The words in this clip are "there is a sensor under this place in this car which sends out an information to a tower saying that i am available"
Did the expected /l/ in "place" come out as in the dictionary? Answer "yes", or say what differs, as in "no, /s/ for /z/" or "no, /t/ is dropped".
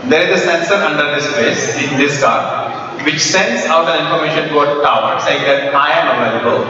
no, /l/ is dropped